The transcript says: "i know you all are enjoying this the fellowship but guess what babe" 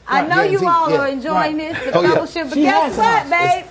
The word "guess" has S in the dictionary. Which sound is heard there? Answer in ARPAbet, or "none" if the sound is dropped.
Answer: none